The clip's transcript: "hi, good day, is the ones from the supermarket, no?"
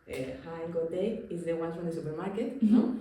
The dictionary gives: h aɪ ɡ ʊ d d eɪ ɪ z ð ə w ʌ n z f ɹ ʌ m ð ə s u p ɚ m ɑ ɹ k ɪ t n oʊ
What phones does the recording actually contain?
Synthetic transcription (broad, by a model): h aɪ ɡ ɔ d d eɪ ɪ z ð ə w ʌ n f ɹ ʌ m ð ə s u p ɚ m ɑ ɹ k ɪ t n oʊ